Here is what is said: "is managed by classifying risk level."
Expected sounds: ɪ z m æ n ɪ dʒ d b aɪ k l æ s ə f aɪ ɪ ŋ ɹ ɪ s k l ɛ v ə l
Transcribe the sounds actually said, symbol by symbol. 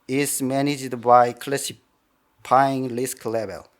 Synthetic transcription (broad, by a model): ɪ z m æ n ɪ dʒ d b aɪ k l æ s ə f aɪ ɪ ŋ l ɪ s k l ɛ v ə l